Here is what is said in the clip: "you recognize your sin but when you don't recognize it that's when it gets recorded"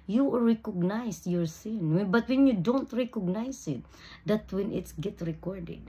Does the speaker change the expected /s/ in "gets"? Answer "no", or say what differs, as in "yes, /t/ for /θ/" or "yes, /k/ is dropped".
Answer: yes, /s/ is dropped